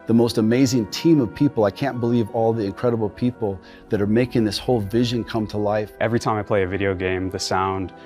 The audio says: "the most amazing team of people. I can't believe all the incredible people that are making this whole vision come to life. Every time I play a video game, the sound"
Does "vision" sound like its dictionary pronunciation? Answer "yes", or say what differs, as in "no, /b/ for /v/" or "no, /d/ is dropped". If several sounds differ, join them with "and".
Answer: yes